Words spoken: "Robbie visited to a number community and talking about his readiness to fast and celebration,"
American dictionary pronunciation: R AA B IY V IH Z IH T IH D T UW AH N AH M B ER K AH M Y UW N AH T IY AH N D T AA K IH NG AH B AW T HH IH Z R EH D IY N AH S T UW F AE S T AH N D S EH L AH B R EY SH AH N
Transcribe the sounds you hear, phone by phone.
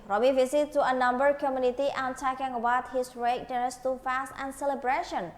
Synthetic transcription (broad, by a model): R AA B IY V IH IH S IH T UW AH N AH M B ER K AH M Y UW N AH T IY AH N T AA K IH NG AH B AW T HH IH S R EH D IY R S T UW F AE S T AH N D S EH L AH B R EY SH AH N